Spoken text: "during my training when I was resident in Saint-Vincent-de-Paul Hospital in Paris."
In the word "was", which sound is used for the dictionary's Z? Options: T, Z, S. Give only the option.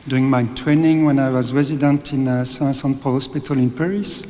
Z